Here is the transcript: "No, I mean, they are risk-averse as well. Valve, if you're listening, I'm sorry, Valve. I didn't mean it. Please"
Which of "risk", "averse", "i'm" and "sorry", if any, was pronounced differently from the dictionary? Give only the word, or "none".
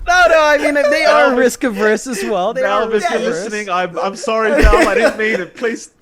none